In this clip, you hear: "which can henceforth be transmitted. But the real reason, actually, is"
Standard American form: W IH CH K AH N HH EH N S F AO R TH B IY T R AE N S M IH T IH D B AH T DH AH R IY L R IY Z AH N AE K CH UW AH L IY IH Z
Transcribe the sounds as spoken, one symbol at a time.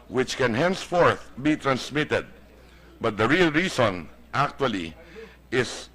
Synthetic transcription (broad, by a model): W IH CH K AH N HH EH N S F AO R TH B IY T R AE N S M IH T IH D B AH T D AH R IY L R IY S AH N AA K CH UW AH L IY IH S